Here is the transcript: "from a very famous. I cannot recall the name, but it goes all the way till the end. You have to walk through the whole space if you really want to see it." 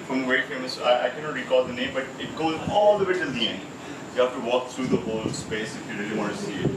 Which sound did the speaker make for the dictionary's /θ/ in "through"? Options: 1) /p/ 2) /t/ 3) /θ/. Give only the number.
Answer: 2